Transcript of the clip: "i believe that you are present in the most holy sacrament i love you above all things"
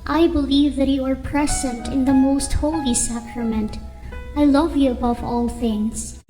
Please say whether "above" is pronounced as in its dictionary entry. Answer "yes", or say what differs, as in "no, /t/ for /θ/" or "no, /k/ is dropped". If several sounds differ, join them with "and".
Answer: yes